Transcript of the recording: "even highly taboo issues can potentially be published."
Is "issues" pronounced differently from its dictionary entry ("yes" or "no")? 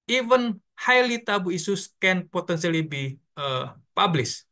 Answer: yes